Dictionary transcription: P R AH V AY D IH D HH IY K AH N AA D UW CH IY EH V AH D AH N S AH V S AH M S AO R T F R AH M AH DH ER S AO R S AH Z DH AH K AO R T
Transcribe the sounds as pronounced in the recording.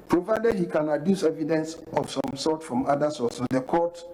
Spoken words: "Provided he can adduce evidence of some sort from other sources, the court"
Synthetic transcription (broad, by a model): P R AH V AY D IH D HH IY K AH N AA D UW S EH V AH D AH N S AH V S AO M S AO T F R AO M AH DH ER S AO S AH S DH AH K AO T